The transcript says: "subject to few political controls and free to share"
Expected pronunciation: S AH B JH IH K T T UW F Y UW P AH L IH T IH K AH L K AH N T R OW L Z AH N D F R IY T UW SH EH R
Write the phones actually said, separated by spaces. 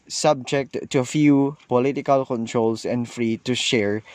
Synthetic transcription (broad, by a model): S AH B JH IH K T T UW F Y UW P AH L IH T IH K AH L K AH N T R OW L S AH N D F R IY T UW SH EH R